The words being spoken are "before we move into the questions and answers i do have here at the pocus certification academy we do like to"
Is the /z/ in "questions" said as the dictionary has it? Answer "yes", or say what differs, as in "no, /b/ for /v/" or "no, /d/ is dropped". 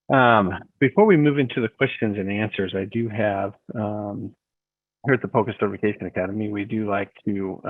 yes